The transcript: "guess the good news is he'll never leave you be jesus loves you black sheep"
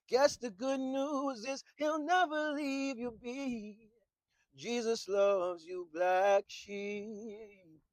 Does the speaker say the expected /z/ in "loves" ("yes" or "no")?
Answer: yes